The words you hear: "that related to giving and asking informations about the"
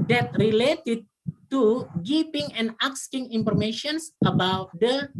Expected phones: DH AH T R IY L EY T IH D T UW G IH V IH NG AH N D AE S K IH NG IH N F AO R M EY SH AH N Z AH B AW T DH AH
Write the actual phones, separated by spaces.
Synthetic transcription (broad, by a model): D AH T R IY L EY T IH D T UW G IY P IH NG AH N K S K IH NG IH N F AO R M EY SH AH N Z AH B AW T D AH